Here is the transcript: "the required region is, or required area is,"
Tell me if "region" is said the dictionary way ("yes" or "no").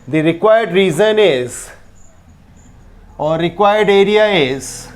no